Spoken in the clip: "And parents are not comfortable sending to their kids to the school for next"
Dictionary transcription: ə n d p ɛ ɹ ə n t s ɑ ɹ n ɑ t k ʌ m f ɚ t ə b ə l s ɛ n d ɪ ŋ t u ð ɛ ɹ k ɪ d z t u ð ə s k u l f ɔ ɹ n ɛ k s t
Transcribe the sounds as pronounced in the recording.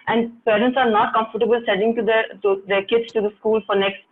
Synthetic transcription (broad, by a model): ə n d p ɛ ɹ ə n t s ɑ ɹ n ɑ t k ʌ m f ɚ t ə b ə l s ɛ d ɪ ŋ t u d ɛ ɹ k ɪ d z t u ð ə s k u l f ɔ ɹ n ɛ k s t